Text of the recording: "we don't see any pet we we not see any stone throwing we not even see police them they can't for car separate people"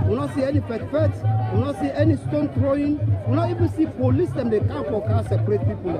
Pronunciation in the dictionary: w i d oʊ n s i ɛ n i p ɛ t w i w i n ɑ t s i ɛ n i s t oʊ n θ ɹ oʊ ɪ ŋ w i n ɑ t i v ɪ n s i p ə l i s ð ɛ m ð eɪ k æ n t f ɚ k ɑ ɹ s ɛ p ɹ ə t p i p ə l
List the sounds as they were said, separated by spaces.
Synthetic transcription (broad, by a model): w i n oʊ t s i ɛ n i f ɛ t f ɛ w i n ɑ t s i ɛ n i s t oʊ n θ ɹ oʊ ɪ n w i n ɑ t i v ɪ n s i p ə l i s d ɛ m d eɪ k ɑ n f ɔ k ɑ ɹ s ɛ p ɹ ə t p i p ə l